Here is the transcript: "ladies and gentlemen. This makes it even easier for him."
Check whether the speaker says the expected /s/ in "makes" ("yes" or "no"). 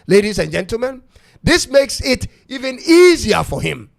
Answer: yes